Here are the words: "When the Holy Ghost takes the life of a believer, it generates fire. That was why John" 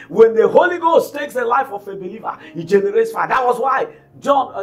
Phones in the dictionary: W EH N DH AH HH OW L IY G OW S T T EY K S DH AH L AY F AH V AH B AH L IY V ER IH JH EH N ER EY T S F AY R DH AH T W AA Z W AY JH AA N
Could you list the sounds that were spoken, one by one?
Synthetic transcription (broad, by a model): W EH N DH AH HH OW L IY G OW S T T EY K S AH L AY F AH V AH B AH L IY V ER IH JH EH N ER EY T S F AY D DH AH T W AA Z W AY JH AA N